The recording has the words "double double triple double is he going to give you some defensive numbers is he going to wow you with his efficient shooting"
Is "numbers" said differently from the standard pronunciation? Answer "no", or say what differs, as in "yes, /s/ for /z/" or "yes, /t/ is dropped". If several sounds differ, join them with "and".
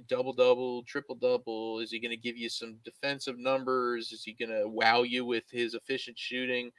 no